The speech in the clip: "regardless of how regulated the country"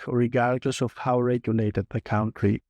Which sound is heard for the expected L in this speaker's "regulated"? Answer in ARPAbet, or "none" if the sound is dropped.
N